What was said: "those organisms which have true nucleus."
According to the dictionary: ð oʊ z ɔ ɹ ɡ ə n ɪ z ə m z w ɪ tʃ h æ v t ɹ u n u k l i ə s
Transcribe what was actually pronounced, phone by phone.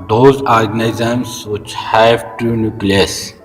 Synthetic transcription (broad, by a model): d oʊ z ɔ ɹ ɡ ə n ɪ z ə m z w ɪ tʃ h æ v t u n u k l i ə s